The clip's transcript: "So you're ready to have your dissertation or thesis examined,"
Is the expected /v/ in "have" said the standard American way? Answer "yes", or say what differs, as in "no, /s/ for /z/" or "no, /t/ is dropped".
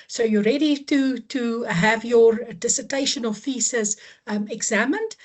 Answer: yes